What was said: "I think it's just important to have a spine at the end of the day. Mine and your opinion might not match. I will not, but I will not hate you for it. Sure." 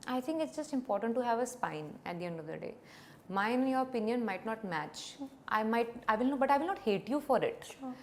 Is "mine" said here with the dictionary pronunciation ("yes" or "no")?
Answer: no